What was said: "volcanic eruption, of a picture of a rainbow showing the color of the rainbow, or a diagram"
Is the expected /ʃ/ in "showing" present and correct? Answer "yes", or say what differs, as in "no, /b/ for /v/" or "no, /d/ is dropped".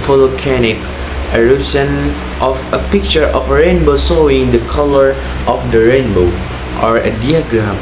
no, /s/ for /ʃ/